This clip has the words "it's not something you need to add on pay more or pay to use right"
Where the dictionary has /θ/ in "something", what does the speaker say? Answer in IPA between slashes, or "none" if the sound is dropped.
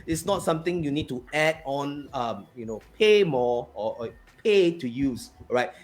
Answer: /t/